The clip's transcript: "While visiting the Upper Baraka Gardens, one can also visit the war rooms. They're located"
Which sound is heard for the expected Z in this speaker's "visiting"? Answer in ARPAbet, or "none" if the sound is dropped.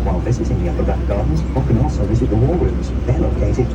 S